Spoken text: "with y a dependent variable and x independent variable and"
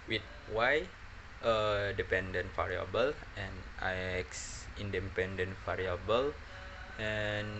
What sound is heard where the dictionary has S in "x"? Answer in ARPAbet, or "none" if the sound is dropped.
S